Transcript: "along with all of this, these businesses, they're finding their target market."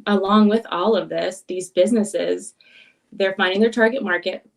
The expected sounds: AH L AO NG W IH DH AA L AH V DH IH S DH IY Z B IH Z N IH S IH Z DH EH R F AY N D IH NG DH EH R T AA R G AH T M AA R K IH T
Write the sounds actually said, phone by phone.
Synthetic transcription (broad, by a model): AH L AO NG W IH DH AA L AH V DH IH S DH IY Z B IH Z N IH S IH Z DH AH R F AY N D IH NG DH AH R T AA R G AH T M AA R K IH T